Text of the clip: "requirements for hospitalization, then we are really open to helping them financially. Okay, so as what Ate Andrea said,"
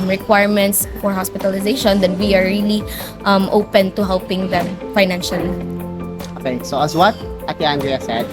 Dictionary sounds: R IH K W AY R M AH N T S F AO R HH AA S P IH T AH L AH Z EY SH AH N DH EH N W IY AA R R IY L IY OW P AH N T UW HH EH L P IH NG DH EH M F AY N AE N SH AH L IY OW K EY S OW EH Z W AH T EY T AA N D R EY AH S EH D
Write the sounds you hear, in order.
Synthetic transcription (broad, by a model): R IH K W AY R M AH N T S F AO R HH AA S P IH T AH L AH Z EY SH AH N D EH N W IY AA R L IY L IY OW P AH N T UW HH EH L P IH NG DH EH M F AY N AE N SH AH L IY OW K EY S OW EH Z W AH T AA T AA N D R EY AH S EH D